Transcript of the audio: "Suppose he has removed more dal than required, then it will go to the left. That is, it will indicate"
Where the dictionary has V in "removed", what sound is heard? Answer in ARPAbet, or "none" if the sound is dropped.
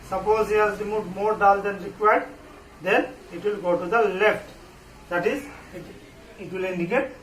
none